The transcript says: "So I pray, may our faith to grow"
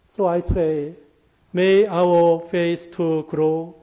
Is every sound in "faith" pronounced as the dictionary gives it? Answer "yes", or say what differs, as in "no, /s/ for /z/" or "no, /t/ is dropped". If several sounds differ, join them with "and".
no, /s/ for /θ/